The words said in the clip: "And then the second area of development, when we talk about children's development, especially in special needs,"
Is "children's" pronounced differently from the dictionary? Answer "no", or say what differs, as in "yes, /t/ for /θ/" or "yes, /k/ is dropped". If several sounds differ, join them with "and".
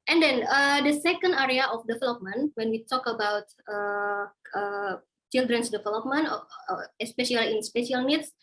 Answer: yes, /s/ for /z/